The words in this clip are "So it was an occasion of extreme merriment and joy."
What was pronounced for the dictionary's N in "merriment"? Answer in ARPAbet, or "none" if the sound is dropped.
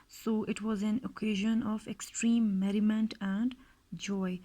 N